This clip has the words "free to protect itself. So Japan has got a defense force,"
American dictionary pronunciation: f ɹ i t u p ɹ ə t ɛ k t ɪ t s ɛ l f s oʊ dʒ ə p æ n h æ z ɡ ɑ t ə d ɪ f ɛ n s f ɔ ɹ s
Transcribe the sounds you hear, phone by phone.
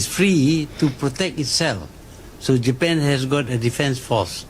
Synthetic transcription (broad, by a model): f ɹ i t u p ɹ ə t ɛ k t ɪ t s ɛ l f s oʊ dʒ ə p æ n h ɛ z ɡ ɑ t ə d ɪ f ɛ n s f ɔ s